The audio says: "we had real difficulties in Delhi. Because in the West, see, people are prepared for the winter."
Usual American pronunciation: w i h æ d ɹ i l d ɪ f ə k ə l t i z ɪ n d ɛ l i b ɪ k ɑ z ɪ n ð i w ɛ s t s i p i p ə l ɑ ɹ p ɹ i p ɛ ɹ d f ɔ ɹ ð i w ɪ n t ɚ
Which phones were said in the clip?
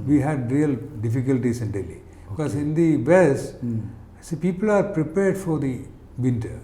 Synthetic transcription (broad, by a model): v i h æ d ɹ i l d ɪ f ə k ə l t i s ɪ n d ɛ l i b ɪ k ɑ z ɪ n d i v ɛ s s i p i p ə l ɑ ɹ p ɹ i p ɛ ɹ d f ɔ ɹ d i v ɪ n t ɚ